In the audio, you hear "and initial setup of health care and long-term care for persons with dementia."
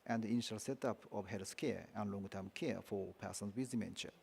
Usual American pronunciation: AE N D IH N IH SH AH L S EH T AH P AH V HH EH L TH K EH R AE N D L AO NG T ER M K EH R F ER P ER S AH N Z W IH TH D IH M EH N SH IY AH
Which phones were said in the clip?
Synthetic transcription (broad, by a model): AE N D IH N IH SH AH L S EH T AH P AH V HH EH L S K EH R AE N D L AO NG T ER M K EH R F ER P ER S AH N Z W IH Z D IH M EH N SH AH